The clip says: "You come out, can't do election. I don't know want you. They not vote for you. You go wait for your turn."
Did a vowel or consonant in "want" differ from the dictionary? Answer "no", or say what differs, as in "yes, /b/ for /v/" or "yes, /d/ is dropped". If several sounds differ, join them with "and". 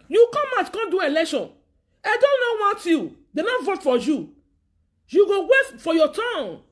yes, /n/ is dropped